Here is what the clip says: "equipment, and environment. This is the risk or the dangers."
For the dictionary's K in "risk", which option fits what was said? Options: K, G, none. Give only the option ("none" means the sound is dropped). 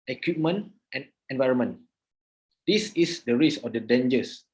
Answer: none